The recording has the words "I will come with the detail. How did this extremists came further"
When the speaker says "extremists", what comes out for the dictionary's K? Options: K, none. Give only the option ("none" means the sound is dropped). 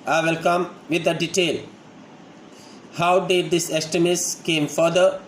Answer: none